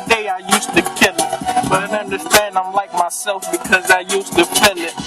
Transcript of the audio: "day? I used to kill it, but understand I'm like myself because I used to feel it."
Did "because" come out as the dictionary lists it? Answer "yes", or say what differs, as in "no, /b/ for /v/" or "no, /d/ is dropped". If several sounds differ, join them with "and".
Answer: yes